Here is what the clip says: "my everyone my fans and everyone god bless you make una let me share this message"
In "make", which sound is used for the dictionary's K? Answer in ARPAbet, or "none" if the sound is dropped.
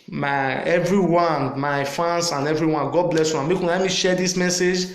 K